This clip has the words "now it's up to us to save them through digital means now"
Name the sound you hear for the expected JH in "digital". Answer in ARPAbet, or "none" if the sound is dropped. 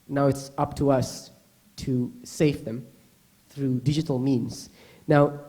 JH